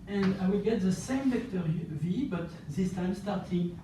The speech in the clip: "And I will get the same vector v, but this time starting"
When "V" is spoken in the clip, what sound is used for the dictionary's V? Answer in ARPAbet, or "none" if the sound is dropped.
V